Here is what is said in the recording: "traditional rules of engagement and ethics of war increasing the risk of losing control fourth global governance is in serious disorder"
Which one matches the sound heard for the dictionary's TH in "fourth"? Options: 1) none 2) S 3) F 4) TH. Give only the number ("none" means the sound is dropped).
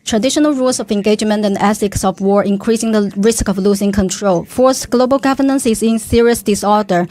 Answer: 2